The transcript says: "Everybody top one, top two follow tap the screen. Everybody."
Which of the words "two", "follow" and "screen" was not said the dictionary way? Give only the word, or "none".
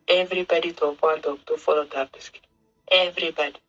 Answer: screen